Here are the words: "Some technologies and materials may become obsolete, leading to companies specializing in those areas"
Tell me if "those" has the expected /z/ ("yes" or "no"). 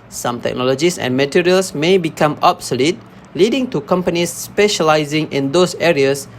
no